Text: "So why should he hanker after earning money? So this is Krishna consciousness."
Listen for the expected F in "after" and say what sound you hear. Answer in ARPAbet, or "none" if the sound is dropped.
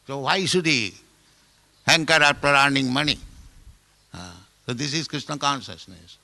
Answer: P